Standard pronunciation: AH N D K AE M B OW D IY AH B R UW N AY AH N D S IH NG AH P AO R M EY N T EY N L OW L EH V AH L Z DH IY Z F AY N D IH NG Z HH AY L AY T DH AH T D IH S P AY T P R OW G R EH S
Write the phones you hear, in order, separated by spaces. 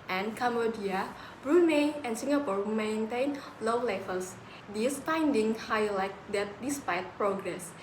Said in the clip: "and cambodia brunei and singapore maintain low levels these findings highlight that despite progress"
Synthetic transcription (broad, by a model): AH N K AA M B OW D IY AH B R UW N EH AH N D S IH NG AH P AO R M EY N T EY N L OW L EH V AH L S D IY S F AY N D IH NG HH AY L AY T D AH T D IH S P AY T P R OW G R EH S